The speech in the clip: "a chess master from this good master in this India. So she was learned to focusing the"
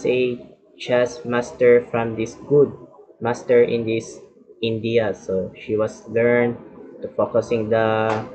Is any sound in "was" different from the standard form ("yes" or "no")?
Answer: yes